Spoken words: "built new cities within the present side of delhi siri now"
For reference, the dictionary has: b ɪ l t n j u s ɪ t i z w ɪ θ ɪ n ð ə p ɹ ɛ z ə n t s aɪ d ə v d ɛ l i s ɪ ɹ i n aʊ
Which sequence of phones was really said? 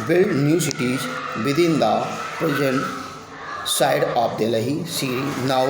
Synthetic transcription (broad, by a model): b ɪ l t n j u s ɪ t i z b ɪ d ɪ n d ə p ɹ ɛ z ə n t s aɪ d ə p d ɛ l i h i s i n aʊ